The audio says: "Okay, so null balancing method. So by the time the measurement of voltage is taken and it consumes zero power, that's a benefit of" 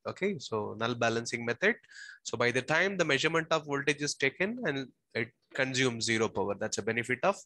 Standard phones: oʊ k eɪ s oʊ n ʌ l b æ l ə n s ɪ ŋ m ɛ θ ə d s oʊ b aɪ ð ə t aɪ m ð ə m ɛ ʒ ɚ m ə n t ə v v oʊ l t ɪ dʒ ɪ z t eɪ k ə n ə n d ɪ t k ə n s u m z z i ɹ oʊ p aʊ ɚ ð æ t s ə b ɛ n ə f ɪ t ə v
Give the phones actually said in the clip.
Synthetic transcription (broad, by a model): oʊ k eɪ s oʊ n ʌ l b æ l ə n s ɪ ŋ m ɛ t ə d s oʊ b aɪ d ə t aɪ m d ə m ɛ ʒ ɚ m ə n t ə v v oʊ l t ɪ dʒ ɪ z t eɪ k ə n ə n d ɪ t k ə n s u m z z i ɹ oʊ p aʊ ɚ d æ t s ə b ɛ n ə f ɪ t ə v